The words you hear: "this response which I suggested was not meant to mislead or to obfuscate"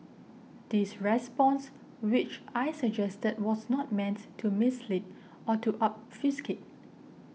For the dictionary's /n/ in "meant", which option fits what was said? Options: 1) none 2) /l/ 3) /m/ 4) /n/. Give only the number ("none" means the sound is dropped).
4